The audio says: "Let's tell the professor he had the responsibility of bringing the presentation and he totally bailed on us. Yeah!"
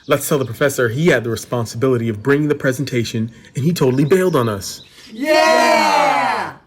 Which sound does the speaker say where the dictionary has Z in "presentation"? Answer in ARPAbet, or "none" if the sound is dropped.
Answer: Z